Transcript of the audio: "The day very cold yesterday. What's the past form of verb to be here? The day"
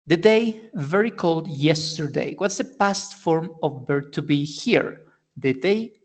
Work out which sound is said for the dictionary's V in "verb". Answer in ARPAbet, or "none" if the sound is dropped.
B